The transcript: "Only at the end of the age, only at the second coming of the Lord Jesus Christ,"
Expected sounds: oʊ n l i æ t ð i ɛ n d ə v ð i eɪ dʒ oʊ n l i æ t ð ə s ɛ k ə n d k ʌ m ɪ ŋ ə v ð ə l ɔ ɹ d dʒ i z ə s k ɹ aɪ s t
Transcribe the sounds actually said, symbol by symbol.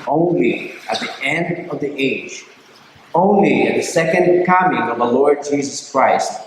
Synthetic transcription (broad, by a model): oʊ n l i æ t ð i ɛ n d ə v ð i eɪ dʒ oʊ n l i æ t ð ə s ɛ k ə n d k ʌ m ɪ ŋ ə v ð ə l ɔ ɹ d dʒ i z ə s k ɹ aɪ s t